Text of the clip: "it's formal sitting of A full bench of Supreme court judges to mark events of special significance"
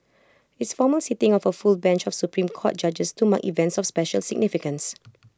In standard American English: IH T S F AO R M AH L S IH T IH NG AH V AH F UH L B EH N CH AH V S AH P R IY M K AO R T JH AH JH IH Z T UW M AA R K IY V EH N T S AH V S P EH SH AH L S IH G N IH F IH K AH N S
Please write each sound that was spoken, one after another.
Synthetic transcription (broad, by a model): IH T S F AO M AH L S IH T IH NG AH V AH F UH L B EH N CH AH F S AH P R IY M K AO T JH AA JH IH S T UW M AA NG IY V EH N T S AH F S P EH SH AH L S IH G N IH F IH K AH N S